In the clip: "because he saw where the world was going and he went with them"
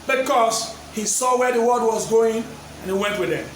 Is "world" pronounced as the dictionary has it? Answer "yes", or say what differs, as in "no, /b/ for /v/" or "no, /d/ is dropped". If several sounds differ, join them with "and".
no, /l/ is dropped